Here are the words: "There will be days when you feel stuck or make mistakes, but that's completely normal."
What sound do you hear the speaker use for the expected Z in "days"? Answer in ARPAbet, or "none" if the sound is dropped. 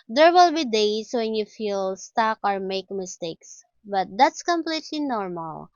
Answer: S